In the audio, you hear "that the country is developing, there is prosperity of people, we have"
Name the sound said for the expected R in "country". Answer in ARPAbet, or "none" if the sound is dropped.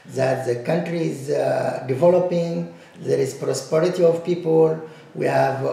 R